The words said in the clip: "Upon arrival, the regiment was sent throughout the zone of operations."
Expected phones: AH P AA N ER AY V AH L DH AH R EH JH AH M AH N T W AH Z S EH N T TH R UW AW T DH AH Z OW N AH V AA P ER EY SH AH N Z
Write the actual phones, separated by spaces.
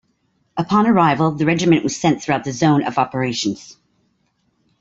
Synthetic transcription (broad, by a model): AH P AA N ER AY V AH L DH AH R EH JH AH M AH N T W AH Z S EH N TH R UW AW T DH AH Z OW N AH V AA P ER EY SH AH N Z